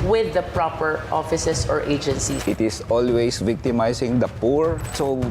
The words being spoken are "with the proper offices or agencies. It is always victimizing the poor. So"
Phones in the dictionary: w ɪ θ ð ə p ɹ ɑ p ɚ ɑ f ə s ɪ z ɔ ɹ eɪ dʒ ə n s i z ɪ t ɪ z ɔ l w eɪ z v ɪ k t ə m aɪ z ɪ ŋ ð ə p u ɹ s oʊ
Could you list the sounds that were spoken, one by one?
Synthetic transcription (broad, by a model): w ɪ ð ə p ɹ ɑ p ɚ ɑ f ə s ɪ s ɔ ɹ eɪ dʒ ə n s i ɪ t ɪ s ɔ l w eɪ s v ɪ k t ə m aɪ s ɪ ŋ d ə p u ɹ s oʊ